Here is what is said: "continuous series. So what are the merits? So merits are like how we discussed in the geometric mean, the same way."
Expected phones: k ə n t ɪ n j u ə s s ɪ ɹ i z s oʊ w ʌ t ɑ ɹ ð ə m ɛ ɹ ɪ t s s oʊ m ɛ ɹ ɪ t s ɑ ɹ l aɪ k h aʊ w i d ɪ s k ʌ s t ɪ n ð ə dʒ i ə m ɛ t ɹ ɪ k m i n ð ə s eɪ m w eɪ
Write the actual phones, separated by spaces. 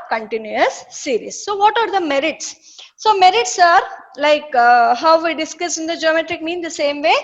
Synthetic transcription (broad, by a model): k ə n t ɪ n j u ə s s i ɹ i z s oʊ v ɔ t ɑ ɹ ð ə m ɛ ɹ ɪ t s s oʊ m ɛ ɹ ɪ t s ɑ ɹ l aɪ k h aʊ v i d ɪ s k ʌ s ɪ n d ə dʒ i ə m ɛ t ɹ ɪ k m i n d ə s eɪ m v eɪ